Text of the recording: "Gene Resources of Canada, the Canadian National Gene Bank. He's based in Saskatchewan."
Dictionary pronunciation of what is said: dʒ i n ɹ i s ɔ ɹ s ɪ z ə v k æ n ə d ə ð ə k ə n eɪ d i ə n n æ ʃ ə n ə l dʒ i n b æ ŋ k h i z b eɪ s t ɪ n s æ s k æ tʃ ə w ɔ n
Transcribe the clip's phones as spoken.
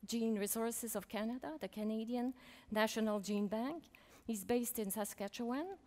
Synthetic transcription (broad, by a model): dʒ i n ɹ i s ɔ ɹ s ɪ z ə v k æ n ə d ə ð ə k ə n eɪ d i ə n n æ ʃ ə n ə l dʒ i n b æ ŋ k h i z b eɪ s t ɪ n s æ s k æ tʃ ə w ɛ n